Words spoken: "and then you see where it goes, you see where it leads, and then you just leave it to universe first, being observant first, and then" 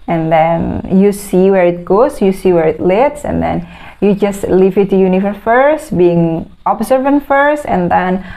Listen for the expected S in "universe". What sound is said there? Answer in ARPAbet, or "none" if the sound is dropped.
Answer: none